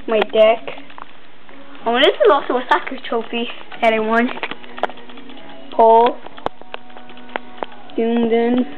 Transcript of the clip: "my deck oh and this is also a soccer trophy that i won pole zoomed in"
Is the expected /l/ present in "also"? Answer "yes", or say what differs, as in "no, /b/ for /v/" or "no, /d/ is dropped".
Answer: no, /l/ is dropped